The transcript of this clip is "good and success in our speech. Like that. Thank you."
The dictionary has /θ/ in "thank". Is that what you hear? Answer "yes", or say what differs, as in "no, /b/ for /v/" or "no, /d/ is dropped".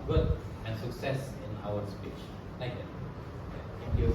no, /t/ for /θ/